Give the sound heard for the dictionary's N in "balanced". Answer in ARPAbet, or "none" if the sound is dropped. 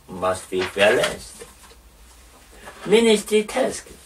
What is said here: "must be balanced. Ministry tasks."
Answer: none